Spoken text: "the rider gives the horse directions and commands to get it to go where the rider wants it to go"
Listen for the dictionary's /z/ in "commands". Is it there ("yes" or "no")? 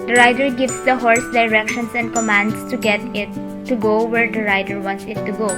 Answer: no